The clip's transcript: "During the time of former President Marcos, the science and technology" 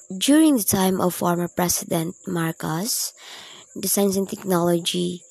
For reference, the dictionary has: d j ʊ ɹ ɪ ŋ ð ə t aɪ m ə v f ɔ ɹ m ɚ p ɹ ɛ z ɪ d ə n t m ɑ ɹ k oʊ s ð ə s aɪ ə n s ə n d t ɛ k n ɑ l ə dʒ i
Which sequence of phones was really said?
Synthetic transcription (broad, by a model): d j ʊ ɹ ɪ ŋ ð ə t aɪ m ə v f ɔ ɹ m ɚ p ɹ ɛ s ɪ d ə n t m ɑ ɹ k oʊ s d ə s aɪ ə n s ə n t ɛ k n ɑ l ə dʒ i